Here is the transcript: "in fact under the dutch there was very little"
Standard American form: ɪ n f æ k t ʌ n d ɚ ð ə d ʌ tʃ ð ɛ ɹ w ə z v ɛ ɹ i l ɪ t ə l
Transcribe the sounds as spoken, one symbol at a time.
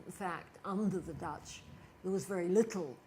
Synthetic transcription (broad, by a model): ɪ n f æ k t ʌ n d ɚ ð ə d ʌ tʃ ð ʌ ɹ w ə z v ɛ ɹ i l ɪ t l